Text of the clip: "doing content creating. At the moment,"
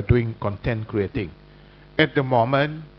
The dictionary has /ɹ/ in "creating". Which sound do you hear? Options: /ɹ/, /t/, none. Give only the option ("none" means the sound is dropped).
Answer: /ɹ/